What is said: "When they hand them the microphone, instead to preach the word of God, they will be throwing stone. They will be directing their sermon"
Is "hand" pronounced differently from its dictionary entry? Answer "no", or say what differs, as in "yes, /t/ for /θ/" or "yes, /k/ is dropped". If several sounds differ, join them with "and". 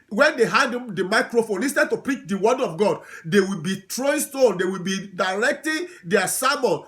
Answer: yes, /n/ is dropped